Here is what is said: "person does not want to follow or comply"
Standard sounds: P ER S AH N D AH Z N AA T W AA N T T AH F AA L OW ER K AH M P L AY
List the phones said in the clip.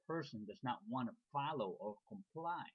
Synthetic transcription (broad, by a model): P ER S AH N D AH Z N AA T W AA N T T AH F AA L OW ER K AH M P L AY